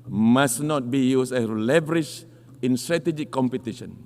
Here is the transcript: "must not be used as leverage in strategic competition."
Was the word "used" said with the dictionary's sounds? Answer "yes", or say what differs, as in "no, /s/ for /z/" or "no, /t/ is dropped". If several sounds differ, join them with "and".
no, /s/ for /z/